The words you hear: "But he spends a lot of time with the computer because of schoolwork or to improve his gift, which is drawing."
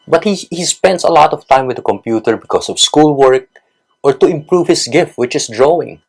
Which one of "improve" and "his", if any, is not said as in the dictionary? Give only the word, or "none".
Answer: his